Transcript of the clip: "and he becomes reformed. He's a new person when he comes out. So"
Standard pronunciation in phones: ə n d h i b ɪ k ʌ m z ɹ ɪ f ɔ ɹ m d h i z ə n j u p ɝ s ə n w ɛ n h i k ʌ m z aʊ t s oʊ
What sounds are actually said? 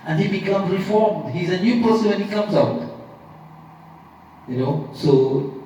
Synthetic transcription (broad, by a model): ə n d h i b ɪ k ʌ m z ɹ ɪ f ɔ ɹ m d h i z ə n j u p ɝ s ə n w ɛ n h i k ʌ m z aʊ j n oʊ